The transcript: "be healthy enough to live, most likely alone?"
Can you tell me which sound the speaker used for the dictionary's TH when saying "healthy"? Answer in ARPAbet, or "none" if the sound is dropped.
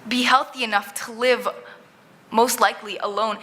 TH